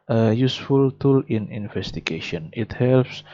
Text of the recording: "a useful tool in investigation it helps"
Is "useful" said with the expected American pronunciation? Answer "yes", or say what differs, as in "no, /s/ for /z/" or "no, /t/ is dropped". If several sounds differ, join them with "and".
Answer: yes